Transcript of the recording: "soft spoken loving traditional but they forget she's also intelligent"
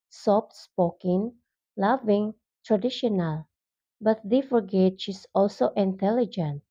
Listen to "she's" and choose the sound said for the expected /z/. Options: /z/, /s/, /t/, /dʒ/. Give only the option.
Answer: /s/